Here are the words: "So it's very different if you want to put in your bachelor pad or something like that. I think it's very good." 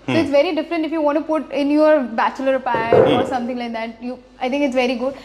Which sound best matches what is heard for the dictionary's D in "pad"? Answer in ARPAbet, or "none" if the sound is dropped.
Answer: none